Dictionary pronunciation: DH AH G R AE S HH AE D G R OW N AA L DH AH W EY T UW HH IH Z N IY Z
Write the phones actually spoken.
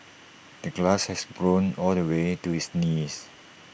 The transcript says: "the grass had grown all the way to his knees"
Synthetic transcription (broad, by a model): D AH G L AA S HH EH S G R OW N AA L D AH W EY T UW HH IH S N IY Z